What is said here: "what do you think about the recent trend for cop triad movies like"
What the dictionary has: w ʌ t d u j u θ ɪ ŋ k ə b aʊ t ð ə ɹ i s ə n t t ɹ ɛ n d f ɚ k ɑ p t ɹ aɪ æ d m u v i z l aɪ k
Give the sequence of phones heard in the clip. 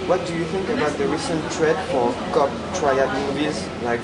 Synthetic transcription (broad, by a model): w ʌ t d u j u θ ɪ ŋ k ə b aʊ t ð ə ɹ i s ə n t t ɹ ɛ d f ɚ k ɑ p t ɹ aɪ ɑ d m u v i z l aɪ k